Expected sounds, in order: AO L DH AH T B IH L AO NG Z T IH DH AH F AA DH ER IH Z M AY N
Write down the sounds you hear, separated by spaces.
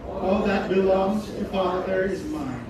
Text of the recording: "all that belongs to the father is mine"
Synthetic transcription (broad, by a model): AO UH DH AH T B IH L AO NG Z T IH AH F AA DH ER IH Z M AY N